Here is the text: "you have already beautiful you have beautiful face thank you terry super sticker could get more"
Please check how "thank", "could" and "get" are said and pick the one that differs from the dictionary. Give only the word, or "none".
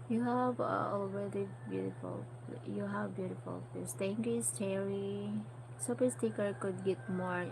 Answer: thank